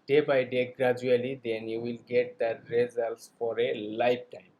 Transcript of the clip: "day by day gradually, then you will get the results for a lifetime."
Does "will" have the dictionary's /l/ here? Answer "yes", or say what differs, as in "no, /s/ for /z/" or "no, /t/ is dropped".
yes